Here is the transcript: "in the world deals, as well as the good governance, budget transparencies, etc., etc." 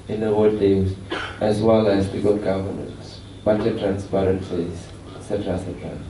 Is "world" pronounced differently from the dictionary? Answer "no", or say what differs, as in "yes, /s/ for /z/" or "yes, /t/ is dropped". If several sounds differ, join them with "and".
yes, /l/ is dropped